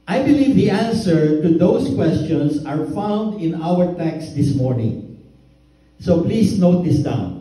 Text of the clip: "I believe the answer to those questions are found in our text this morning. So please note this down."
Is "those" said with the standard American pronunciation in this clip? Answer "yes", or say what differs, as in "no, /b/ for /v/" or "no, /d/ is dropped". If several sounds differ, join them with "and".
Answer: no, /s/ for /z/